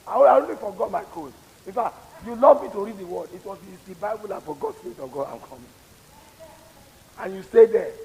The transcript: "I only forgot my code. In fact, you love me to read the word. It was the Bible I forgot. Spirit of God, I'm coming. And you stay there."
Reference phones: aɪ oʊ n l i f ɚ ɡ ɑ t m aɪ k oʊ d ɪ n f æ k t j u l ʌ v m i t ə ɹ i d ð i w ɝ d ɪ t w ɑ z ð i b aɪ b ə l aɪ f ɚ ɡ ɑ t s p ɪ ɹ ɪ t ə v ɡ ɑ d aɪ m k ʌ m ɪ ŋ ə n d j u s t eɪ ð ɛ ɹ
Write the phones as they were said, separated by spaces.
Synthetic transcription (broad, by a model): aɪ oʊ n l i f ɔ ɡ ɑ t m aɪ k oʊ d ɪ n f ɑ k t j u l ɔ v m i t ə ɹ i d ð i w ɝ d ɪ t w ɑ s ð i b aɪ b ə l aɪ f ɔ ɡ ɑ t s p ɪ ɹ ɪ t ə v ɡ ɑ d aɪ m k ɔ m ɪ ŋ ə n j u s t eɪ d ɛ